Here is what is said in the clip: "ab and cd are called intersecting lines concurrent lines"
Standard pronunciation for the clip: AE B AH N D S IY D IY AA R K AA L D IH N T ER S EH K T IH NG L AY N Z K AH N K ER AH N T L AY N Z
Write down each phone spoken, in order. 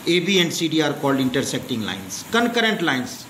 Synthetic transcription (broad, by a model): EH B AH N D S IY D IY AA R K AA L D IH N T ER S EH K T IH NG L AY N S K AH N K ER AH N T L AY N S